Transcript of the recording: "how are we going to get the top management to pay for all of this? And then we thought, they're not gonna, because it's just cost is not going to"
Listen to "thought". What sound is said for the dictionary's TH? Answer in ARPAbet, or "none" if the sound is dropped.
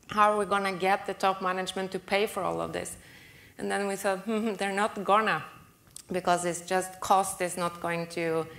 S